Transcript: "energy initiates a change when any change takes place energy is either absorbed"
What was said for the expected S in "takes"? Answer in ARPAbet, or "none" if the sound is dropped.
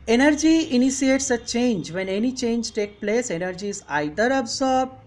none